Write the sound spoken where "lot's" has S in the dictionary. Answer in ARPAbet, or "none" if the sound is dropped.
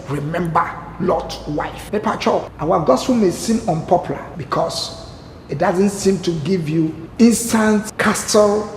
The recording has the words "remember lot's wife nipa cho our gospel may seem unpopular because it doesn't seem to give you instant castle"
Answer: none